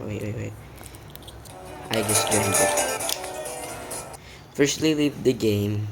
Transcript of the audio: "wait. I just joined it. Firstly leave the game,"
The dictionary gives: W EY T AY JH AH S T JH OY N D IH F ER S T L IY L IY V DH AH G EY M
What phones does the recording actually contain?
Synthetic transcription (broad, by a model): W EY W AY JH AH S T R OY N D IH F ER S T L IY L IY V DH AH G EY M